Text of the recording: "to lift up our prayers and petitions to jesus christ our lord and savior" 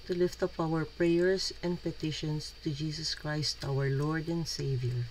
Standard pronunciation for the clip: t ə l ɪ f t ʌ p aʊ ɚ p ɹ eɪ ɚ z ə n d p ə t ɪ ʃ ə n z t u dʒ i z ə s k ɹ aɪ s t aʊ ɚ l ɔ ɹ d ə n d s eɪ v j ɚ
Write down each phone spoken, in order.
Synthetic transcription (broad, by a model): t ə l ɪ f t ʌ p aʊ ɚ p ɹ eɪ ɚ s ə n d p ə t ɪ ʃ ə n s t u dʒ i s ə s k ɹ aɪ s t aʊ ɚ l ɔ ɹ d ə n d s eɪ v j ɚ